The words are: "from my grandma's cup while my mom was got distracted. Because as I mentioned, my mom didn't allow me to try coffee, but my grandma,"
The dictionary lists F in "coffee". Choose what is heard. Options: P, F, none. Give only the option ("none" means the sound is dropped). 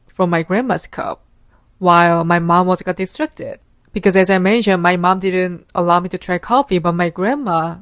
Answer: F